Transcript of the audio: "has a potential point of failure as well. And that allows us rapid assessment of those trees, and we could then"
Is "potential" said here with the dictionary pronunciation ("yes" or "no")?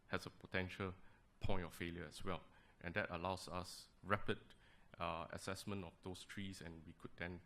yes